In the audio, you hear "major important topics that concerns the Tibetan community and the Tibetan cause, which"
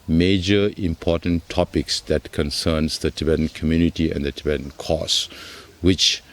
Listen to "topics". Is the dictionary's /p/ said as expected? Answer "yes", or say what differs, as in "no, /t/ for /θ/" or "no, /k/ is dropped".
yes